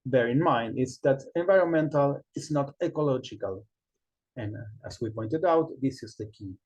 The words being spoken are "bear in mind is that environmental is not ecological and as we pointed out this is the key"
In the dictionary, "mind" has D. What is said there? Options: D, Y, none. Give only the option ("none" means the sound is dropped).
D